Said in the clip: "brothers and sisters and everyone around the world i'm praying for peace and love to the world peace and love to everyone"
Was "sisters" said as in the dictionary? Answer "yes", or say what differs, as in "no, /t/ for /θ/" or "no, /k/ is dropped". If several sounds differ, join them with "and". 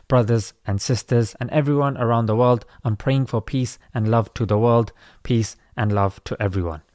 yes